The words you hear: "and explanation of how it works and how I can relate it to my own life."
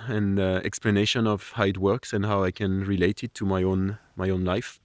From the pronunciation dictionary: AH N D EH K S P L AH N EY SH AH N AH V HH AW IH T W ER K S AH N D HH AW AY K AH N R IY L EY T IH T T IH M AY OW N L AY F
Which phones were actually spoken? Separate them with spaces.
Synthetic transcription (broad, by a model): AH N EH K S P L AH N EY SH AH N AH V HH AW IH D W ER K S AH N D HH AW AY K AH N R IY L EY T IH T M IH M AY OW N L AY F